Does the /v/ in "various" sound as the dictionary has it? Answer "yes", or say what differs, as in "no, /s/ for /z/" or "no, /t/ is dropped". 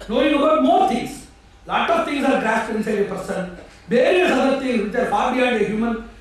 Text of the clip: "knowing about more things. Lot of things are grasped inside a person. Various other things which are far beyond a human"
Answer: no, /b/ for /v/